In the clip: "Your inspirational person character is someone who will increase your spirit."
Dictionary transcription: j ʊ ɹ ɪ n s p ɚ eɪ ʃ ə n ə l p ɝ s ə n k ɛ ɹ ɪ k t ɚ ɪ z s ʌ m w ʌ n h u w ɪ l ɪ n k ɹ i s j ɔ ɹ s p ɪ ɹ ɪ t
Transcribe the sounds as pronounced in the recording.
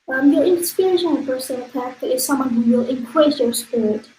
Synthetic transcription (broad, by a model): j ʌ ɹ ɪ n s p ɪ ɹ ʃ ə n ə n p ɝ s ə n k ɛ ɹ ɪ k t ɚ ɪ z s ʌ m w ʌ n h u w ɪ l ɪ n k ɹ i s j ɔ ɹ s p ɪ ɹ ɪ t